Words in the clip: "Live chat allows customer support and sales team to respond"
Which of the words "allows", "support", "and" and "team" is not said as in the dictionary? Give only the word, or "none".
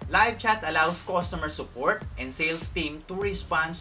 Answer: allows